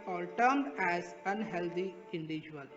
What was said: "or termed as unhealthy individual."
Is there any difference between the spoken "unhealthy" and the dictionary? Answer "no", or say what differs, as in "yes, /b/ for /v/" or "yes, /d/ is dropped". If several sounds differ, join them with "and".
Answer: yes, /t/ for /θ/